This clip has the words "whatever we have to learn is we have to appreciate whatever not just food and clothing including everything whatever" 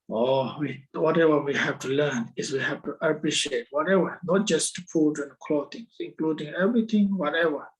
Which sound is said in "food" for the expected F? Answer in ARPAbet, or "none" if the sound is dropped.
P